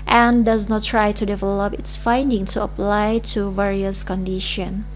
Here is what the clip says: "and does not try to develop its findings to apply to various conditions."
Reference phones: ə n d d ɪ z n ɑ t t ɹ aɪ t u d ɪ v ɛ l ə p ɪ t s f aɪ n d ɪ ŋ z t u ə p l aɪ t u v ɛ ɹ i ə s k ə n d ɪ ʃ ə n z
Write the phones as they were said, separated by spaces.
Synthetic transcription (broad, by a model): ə n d d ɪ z n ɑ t t ɹ aɪ t u d ɪ v ɛ l ə p ɪ t s f aɪ n d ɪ ŋ t u ə p l aɪ t u v ɛ ɹ i ə s k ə n d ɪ ʃ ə n